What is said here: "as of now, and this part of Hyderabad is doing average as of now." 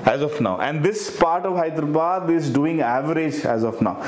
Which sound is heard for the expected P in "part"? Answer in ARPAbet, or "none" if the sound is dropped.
P